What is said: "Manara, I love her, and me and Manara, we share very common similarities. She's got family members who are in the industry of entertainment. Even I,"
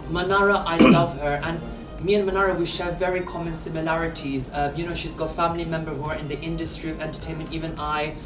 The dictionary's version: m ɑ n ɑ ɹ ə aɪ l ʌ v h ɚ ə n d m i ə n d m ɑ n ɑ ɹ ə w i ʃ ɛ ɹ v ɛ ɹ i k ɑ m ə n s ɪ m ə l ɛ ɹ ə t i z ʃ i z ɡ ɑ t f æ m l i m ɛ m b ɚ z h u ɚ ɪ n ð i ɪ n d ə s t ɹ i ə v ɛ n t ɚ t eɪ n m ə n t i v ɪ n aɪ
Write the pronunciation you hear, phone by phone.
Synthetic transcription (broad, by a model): m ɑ n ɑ ɹ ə aɪ l ʌ v h ɚ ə n m i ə n m ɑ n ɑ ɹ ə w i ʃ ɛ ɹ v ɛ ɹ i k ɑ m ə n s ɪ m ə l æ ɹ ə t i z ʃ i z ɡ ɑ t f æ m l i m ɛ m b ɚ h u ɚ ɪ n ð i ɪ n d ə s t ɹ i ə v ɛ n t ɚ t eɪ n m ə n t i v ɪ n aɪ